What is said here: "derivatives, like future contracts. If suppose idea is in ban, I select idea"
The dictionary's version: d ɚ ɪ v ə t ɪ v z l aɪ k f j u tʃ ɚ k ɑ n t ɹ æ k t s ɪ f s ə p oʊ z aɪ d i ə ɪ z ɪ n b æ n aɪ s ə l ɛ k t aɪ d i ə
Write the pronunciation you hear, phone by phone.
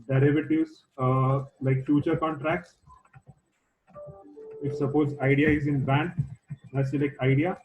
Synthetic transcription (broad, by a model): d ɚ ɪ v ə t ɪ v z l aɪ k f j u tʃ ɚ k ɑ n t ɹ æ k t s ɪ f s ə p oʊ z aɪ d i ə ɪ z ɪ n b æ n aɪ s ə l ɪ k aɪ d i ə